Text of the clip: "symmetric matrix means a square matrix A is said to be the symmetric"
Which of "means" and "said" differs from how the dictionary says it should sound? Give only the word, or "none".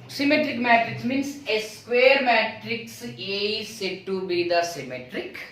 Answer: means